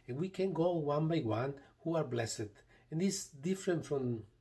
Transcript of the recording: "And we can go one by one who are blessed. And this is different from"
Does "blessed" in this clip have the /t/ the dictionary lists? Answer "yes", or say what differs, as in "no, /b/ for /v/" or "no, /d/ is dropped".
no, /t/ is dropped